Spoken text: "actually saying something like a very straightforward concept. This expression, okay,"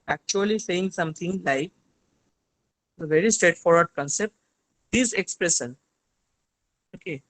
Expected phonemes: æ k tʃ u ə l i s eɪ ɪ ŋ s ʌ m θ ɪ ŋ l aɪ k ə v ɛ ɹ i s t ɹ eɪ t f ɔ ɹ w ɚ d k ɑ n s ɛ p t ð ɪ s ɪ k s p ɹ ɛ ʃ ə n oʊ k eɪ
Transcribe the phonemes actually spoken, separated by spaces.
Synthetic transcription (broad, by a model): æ k tʃ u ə l i s eɪ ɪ ŋ s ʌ m t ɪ ŋ l aɪ k ə v ɛ ɹ i s t ɹ eɪ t f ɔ ɹ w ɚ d k ɑ n s ɛ p t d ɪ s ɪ k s p ɹ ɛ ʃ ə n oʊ k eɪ